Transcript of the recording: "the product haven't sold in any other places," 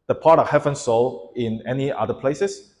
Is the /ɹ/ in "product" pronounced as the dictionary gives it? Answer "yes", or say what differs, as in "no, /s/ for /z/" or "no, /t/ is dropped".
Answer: no, /ɹ/ is dropped